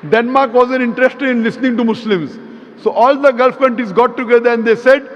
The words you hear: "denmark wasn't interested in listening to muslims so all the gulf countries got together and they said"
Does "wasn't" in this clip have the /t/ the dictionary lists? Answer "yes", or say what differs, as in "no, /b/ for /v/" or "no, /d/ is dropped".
no, /t/ is dropped